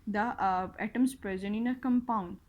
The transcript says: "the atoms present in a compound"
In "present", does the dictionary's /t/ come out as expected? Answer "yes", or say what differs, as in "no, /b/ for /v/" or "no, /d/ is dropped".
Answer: no, /t/ is dropped